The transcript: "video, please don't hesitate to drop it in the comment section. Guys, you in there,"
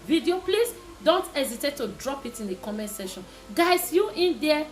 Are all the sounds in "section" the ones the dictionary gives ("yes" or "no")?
no